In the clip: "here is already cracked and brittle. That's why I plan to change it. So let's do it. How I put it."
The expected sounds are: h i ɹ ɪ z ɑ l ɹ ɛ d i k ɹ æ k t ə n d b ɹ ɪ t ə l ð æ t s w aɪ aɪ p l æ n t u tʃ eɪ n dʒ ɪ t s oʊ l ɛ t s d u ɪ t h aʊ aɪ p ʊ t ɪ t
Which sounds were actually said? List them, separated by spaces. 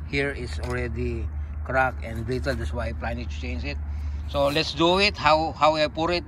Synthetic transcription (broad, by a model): h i ɹ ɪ s ɑ l ɹ ɛ d i k ɹ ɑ k ə n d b ɪ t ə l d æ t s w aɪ aɪ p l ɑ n t u tʃ eɪ n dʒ ɪ t s oʊ l ɛ t s d u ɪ t h aʊ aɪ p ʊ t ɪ t